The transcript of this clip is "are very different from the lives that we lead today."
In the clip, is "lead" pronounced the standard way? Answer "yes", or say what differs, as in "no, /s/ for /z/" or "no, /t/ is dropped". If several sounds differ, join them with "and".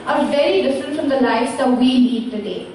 no, /n/ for /l/